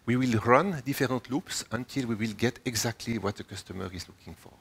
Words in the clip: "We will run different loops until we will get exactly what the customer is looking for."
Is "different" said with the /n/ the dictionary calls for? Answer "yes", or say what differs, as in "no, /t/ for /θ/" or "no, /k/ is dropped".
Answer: no, /n/ is dropped